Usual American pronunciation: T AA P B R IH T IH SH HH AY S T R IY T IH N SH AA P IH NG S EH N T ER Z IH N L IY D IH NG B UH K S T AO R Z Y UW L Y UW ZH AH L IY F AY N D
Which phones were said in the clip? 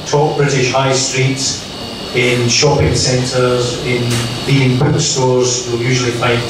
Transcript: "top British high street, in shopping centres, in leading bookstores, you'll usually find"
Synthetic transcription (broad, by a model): T AA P B R IH T IH SH HH AY S T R IY T IH N SH AA P IH NG S EH N T ER Z IH N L IY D IH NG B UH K S T AO R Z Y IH L Y UW ZH AH L IY F AY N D